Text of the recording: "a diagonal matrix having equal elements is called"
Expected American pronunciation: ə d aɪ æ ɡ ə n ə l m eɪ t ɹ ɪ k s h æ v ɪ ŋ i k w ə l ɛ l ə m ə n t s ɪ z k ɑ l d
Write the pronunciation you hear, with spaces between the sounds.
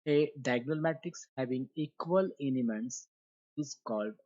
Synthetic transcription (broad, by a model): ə d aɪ ɡ n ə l m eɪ t ɪ k s h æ v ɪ ŋ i k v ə l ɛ n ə m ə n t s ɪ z k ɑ l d